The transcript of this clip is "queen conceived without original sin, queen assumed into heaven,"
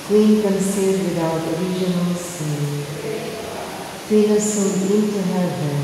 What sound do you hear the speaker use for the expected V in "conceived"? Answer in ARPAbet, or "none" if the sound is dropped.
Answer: none